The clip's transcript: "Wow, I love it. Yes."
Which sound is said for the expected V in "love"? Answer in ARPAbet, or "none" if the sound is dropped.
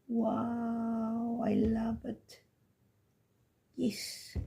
B